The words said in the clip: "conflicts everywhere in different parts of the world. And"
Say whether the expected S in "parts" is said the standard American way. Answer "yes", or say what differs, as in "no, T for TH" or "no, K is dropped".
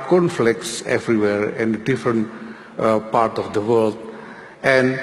no, S is dropped